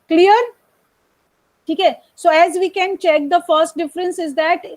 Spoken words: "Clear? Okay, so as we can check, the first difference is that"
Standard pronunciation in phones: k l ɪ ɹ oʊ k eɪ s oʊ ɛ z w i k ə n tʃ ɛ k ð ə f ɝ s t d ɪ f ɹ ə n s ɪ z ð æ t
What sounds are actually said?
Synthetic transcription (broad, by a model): k l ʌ ɹ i k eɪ s oʊ ɛ z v i k ə n tʃ ɛ k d ə f ɝ s t d ɪ f ɹ ə n s ɪ z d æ t